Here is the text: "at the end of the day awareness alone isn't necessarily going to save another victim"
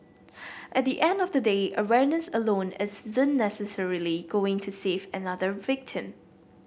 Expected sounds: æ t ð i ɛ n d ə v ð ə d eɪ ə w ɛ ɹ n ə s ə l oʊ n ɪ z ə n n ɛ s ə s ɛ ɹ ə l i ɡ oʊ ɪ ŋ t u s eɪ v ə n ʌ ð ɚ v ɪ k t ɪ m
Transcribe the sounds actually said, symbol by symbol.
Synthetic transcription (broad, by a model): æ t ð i ɛ n d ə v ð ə d eɪ ə w ɛ ɹ n ə s ə l oʊ n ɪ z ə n n ɛ s ə s ɛ ɹ ə l i ɡ oʊ ɪ ŋ t u s eɪ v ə n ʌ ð ɚ v ɪ k t ɪ m